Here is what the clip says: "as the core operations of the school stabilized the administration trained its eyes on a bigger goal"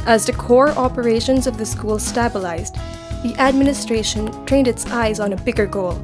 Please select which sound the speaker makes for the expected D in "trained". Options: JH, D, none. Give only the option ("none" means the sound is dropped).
D